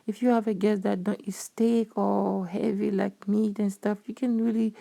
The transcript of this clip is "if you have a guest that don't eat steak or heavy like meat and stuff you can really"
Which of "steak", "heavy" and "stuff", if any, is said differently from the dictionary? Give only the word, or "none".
none